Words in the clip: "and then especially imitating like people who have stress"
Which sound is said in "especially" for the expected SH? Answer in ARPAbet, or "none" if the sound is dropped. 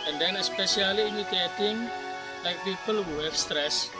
S